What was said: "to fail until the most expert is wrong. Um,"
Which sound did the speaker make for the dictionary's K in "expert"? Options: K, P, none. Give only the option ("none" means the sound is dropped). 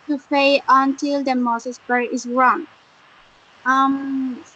none